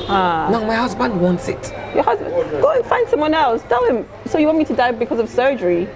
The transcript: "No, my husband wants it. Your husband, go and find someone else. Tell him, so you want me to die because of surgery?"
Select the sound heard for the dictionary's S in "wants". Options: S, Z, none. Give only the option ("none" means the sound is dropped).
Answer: S